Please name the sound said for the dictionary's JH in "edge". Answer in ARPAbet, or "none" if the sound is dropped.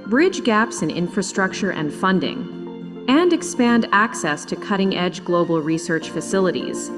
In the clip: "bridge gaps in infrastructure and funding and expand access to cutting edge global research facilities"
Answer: JH